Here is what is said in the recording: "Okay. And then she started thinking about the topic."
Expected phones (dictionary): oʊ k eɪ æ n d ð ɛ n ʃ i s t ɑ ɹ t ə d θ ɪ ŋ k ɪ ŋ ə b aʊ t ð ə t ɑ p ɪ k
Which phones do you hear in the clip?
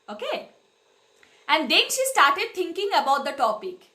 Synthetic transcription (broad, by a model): oʊ k eɪ æ n d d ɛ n ʃ i s t ɑ ɹ t ə d t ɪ ŋ k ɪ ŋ ə b aʊ t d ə t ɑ p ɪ k